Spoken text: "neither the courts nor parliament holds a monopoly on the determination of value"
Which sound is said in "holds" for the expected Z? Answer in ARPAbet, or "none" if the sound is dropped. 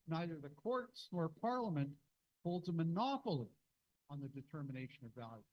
Z